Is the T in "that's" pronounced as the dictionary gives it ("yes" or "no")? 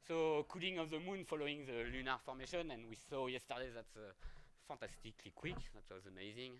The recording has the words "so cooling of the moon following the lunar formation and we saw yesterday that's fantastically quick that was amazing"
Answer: yes